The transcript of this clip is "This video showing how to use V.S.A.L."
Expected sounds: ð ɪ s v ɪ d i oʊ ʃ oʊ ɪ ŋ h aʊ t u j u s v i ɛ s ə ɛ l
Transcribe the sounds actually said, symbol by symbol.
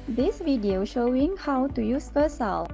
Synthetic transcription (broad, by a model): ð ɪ s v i d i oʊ ʃ oʊ ɪ ŋ h aʊ t u j u s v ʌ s ə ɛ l